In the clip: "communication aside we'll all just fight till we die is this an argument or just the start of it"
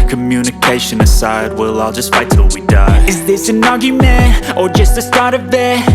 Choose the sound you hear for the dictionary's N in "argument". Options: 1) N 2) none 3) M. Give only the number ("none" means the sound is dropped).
2